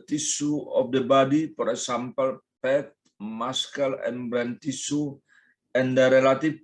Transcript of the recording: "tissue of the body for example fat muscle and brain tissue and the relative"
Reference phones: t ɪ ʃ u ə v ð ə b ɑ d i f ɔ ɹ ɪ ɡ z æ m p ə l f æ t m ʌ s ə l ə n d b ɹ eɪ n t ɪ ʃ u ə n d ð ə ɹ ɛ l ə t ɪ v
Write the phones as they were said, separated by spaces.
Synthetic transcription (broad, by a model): t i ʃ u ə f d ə b ɑ d i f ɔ ɹ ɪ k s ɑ m p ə l p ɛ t m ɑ s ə l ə n b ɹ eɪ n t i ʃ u ə n d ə ɹ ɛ l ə t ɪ